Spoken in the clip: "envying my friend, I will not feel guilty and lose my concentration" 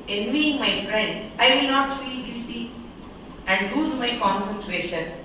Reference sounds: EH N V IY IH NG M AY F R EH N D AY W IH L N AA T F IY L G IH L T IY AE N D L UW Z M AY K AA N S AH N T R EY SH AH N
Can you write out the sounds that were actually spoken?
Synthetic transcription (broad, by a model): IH N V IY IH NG M AY F R EH N D AY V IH L N AA T F IY L G IH L T IY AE N D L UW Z M AY K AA N S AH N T R EY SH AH N